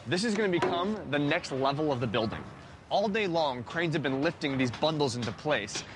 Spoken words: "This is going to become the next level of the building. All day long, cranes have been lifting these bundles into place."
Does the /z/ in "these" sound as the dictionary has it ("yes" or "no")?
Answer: yes